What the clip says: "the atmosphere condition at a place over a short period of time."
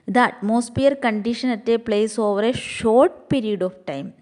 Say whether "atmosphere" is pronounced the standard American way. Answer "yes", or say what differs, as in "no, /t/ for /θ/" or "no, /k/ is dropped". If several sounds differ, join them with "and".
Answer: no, /p/ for /f/